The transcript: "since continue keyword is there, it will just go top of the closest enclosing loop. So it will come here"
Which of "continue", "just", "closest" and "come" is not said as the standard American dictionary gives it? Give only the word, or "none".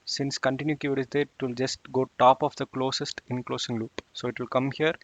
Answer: none